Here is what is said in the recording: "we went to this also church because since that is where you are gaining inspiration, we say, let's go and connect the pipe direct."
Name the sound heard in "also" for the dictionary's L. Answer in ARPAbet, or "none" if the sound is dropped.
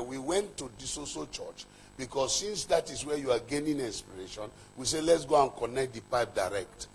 none